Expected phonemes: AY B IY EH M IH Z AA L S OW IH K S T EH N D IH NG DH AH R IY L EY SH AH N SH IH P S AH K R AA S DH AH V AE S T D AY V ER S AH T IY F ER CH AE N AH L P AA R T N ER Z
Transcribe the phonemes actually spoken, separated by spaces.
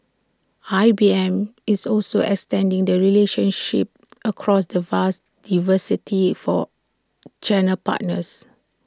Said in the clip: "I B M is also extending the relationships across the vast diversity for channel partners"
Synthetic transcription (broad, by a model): AY B IY EH M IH S AA L S OW IH K S T EH N D IH NG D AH R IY L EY SH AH N SH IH P AH K R AA S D AH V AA S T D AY V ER S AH T IY F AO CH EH N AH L P AA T N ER S